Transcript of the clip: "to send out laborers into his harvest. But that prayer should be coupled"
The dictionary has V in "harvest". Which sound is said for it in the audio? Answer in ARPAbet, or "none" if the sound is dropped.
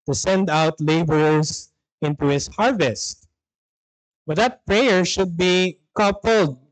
V